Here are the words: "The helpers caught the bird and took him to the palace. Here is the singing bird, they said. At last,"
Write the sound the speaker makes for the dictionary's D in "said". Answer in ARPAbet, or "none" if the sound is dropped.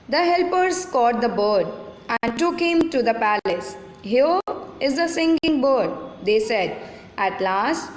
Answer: D